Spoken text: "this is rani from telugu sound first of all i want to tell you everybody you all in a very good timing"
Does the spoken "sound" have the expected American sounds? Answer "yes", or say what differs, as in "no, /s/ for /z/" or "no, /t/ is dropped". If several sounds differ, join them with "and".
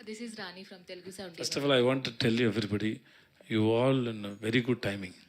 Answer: no, /n/ is dropped